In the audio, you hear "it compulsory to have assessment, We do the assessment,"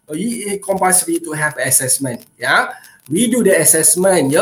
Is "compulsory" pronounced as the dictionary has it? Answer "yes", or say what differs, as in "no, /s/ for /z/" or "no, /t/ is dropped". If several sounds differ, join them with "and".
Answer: no, /l/ is dropped